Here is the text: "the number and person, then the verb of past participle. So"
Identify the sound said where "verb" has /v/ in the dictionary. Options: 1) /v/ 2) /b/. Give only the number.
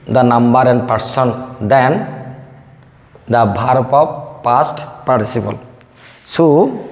2